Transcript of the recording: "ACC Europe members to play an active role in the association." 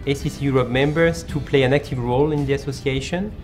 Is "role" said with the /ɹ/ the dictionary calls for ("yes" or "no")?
yes